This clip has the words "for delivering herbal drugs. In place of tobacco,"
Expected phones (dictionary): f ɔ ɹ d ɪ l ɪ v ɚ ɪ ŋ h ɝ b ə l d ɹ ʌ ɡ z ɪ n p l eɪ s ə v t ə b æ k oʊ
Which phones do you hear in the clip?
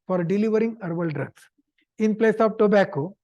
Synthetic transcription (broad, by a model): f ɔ ɹ d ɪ l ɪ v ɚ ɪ ŋ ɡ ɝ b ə l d ɹ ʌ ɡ s ɪ n p l eɪ s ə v t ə b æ k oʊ